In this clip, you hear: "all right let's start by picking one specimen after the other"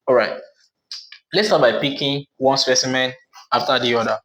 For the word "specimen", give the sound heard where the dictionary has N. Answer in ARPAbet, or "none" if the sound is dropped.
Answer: N